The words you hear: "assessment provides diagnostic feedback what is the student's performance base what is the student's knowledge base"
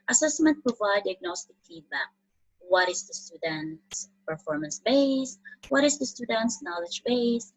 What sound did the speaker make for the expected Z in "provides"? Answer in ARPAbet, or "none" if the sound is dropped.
none